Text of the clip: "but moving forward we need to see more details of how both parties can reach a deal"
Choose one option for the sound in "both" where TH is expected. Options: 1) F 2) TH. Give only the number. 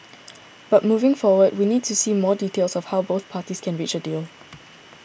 2